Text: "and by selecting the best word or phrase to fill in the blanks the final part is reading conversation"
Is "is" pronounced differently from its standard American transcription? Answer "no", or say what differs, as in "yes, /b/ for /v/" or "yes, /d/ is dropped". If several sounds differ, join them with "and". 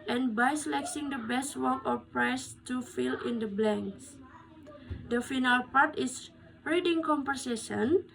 yes, /s/ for /z/